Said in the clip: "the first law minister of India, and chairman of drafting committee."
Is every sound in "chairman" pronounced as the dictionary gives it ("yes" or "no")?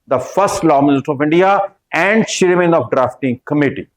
no